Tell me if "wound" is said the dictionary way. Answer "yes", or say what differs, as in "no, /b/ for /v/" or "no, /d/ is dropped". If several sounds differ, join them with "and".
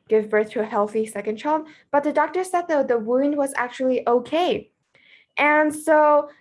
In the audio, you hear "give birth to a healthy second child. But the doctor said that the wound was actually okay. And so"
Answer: yes